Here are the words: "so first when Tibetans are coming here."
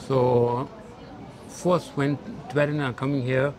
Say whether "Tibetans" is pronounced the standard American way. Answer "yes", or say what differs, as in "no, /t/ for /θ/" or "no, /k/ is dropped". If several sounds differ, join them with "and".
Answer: no, /z/ is dropped